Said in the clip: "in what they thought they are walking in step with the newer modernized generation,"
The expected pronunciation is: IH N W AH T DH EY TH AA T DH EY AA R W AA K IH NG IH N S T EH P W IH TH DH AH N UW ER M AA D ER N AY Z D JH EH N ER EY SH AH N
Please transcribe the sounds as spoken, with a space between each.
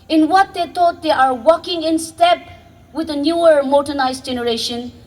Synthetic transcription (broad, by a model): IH N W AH T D EY T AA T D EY AA R W AA K IH NG IH N S T EH P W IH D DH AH N UW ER M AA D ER N AY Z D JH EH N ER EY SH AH N